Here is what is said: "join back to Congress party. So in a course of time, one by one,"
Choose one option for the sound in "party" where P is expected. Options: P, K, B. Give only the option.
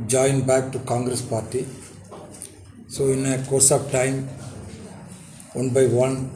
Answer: P